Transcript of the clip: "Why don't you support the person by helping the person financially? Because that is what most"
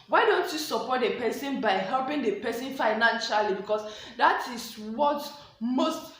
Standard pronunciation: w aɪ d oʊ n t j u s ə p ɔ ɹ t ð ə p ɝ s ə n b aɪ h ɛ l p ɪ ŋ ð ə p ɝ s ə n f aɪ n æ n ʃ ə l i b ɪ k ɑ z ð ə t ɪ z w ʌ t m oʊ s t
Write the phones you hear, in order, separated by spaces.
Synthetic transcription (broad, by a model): w aɪ d oʊ n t j u s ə p ɔ t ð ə p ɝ s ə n b aɪ h ɛ l p ɪ ŋ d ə p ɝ s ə n f aɪ n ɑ n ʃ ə l i b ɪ k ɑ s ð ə t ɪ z w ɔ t m oʊ s t